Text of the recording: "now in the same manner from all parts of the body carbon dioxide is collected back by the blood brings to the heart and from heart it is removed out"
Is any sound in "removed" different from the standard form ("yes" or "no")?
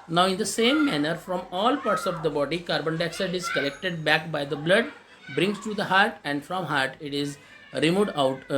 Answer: yes